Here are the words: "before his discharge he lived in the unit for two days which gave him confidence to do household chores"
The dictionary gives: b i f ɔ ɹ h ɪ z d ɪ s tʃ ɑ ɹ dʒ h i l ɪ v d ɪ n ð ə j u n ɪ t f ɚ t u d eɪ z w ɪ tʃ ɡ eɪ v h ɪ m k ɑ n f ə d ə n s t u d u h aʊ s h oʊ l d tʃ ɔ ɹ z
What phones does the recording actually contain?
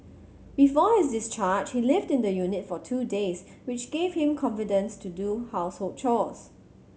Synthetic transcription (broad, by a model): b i f ɔ h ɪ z d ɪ s tʃ ɑ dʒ h i l ɪ v d ɪ n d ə j u n ɪ t f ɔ t u d eɪ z w ɪ tʃ ɡ eɪ v h ɪ m k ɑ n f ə d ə n s t u d u h aʊ s h oʊ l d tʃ ɔ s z